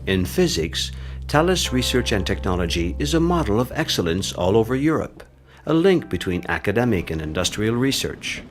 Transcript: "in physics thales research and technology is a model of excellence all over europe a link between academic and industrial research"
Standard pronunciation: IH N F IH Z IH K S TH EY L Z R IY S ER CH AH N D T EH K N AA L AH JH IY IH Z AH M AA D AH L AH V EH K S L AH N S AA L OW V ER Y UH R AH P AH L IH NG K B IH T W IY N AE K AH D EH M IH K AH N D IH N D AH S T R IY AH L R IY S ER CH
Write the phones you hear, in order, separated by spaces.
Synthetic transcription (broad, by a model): IH N F IH Z IH K S T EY L S R IY S ER CH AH N T EH K N AA L AH JH IY IH Z AH M AA D L AH V EH K S L AH N S AA L OW V ER Y UH R AH P AH L IH NG K B IH T W IY N AE K AH D EH M IH K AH N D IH N D AH S T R IY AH L R IY S ER CH